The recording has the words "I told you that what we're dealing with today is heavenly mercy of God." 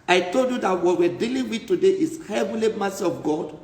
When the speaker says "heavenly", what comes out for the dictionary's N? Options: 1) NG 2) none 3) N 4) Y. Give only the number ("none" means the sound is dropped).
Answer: 2